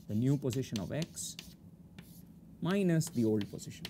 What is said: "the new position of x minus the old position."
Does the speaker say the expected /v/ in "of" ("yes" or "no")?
yes